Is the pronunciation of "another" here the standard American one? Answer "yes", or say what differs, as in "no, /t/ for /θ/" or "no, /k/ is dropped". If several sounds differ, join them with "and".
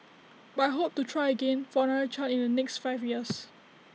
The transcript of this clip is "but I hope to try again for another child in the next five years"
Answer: no, /ð/ is dropped